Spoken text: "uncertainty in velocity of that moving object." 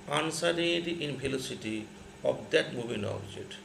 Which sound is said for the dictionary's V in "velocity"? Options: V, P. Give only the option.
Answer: P